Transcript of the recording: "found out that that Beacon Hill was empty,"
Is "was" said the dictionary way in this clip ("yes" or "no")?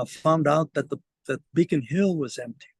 yes